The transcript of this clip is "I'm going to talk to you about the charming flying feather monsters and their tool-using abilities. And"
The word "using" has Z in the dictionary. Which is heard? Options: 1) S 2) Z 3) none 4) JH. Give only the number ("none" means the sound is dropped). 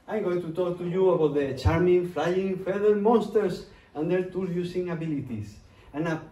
1